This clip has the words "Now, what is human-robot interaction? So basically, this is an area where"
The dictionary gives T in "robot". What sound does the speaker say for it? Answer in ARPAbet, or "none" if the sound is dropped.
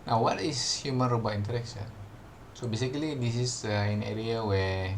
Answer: none